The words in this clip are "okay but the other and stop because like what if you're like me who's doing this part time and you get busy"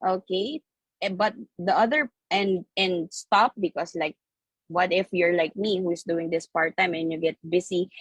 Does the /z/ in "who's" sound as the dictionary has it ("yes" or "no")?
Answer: no